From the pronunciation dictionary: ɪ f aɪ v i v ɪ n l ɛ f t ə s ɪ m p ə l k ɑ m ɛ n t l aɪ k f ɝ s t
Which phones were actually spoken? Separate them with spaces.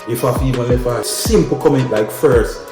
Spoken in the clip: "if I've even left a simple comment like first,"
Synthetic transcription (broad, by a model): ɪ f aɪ f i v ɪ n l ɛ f ə s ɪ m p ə k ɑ m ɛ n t l aɪ k f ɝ s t